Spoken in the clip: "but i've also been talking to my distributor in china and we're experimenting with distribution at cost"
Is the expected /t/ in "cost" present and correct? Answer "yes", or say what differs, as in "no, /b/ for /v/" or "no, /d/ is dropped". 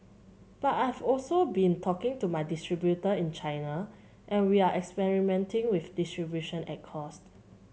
yes